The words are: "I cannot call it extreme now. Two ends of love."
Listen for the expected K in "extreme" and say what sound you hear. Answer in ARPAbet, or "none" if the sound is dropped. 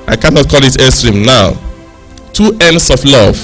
none